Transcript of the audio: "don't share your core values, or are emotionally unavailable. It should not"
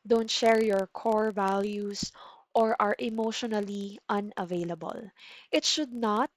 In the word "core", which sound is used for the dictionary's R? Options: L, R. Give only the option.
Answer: R